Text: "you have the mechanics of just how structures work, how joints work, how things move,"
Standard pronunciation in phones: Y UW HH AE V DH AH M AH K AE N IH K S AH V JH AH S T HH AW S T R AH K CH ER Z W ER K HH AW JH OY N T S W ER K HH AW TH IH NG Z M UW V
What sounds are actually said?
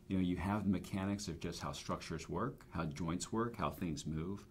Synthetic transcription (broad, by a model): Y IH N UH V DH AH M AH K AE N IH K S AH V JH AH S T HH AW S T R AH K CH ER Z W ER K HH AW JH OY N T S W ER K HH AW TH IH NG Z M UW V